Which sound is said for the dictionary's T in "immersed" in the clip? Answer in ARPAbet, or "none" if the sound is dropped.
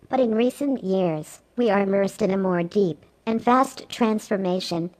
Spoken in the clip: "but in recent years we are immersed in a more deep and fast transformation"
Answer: T